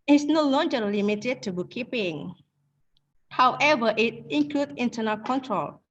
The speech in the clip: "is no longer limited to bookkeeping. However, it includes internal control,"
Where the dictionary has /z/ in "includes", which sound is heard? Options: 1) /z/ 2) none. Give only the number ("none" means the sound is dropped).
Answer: 2